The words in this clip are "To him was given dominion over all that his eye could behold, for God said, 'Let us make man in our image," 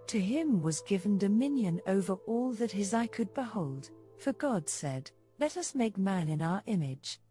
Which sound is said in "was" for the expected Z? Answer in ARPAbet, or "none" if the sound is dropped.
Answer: Z